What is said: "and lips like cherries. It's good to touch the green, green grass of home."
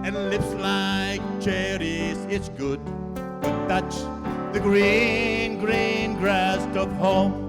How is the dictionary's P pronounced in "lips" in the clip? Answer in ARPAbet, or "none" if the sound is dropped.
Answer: P